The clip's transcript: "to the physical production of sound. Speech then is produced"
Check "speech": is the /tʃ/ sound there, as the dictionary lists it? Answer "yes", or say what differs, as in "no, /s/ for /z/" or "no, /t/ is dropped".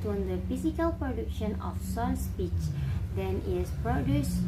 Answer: yes